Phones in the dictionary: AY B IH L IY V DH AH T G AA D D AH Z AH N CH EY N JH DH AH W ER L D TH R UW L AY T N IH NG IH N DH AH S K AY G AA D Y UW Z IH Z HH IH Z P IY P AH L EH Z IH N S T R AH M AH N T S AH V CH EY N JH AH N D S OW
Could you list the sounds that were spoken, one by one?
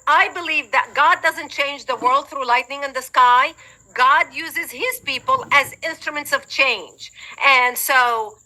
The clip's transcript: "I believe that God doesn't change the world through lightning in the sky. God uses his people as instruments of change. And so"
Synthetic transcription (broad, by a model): AY B IH L IY V DH AH T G AA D D AH Z AH N CH EY N JH DH AH W ER L D TH R UW L AY T N IH NG IH N DH AH S K AY G AA D Y UW Z IH Z HH IH Z P IY P AH L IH Z IH N S T R AH M AH N T S AH V CH EY N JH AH N S OW